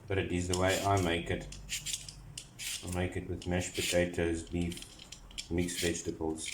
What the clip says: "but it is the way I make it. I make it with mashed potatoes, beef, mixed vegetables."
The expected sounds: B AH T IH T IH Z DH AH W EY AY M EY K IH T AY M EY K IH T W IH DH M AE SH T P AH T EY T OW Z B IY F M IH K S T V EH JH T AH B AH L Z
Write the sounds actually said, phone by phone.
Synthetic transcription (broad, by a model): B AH T IH T IH Z DH AH W EY AY M EY K IH T AY M EY K IH T W IH DH M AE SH P AH T EY T OW Z B IY F M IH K S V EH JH T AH B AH L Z